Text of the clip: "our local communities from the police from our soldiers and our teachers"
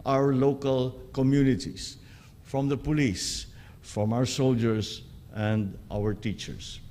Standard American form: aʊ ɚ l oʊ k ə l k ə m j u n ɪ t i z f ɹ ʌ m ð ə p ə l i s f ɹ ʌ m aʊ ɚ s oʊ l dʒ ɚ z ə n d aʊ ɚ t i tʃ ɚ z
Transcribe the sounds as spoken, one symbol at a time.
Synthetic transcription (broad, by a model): aʊ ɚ l oʊ k ə l k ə m j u n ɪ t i s f ɹ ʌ m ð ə p ə l i s f ɹ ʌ m aʊ ɚ s oʊ l dʒ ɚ s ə n d aʊ ɚ t i tʃ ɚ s